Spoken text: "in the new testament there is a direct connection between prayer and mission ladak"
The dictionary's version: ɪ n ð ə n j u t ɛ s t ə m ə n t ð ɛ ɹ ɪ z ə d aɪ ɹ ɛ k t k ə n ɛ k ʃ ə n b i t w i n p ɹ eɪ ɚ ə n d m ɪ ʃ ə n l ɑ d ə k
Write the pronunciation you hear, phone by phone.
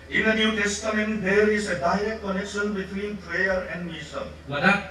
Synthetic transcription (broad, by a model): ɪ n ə n j u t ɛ s t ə m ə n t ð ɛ ɹ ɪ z ə d aɪ ɹ ɛ k t k ə n ɛ k ʃ ə n b i t w i n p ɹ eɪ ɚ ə n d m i s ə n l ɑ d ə